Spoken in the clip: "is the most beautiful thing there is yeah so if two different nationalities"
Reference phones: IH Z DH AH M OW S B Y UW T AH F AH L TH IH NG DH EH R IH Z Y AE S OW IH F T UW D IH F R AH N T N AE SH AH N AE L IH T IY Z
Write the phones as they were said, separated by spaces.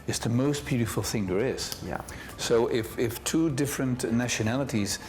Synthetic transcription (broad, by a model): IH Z DH AH M OW S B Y UW T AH F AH L TH IH NG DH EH R IH Z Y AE S OW IH F T UW D IH F R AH N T N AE SH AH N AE L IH T IY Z